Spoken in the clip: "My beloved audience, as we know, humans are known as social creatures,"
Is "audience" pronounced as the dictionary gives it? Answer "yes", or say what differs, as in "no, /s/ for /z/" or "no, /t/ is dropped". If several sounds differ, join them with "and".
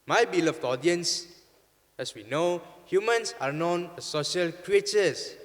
yes